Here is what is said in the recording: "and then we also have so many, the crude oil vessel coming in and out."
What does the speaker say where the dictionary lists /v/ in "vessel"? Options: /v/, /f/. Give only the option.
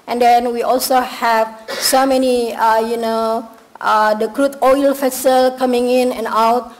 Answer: /f/